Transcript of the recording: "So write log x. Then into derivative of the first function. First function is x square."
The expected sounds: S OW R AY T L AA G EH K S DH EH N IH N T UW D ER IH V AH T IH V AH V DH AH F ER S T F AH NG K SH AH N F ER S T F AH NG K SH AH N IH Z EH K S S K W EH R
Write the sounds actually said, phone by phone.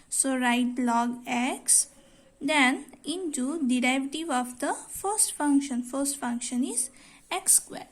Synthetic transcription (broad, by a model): S OW R AY T L AA G EH K S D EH N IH N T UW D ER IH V T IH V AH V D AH F ER S T F AH NG K SH AH N F ER S T F AH NG K SH AH N IH Z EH K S S K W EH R